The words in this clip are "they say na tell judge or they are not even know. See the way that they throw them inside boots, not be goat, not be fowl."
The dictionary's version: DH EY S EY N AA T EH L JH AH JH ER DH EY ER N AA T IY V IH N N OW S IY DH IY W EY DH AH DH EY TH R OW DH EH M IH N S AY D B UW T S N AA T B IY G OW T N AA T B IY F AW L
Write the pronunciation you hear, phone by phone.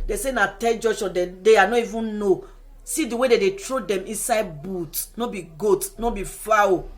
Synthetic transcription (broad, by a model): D EY S EY N AA T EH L JH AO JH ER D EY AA N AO IY V IH N N OW S IY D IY W EY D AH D EY T R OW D EH M IH N S AY D B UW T N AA B IY G OW T N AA B IY F AW